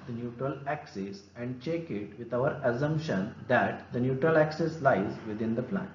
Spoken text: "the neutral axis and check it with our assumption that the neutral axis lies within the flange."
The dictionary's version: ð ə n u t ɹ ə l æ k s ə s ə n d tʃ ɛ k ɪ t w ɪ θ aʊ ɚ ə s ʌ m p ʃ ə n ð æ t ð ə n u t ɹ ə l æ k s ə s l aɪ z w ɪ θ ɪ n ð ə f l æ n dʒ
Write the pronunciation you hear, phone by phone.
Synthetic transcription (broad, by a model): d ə n u t ɹ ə l æ k s ə s ə n d tʃ ɛ k ɪ t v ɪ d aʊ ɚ ə s ʌ m p ʃ ə n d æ t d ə n u t ɹ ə l æ k s ə s l aɪ z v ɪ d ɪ n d ə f l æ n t